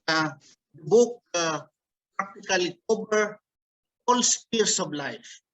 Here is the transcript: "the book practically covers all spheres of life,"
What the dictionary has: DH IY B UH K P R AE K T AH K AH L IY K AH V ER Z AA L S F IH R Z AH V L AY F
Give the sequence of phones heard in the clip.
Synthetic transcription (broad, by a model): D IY B UH K P R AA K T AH K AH L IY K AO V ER AA L S P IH R S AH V L AY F